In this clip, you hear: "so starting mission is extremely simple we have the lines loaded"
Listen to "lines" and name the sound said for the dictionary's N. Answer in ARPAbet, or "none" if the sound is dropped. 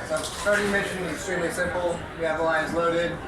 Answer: none